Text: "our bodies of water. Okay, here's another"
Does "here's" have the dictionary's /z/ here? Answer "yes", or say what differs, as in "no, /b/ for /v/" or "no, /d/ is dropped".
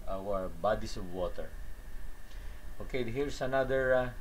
no, /s/ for /z/